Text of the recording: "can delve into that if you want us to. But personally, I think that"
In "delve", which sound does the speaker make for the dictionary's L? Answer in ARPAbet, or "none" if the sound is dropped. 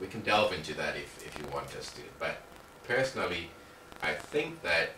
L